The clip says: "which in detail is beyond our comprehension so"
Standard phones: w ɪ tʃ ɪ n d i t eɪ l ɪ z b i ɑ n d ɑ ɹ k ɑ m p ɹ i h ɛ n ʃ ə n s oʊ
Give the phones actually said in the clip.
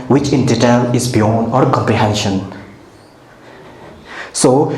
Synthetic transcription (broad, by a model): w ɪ tʃ ɪ n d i t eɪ l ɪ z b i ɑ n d ɑ ɹ k ɑ m p ɹ i h ɛ n ʃ ə n s oʊ